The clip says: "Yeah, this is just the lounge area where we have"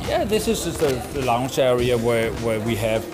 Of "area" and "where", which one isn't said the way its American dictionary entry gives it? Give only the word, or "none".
where